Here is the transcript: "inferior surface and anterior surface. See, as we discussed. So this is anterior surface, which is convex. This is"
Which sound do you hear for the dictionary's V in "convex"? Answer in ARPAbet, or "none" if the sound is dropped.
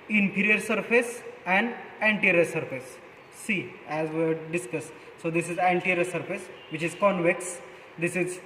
V